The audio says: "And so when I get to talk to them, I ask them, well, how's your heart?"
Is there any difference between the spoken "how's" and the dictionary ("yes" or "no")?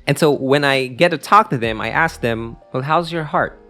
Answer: no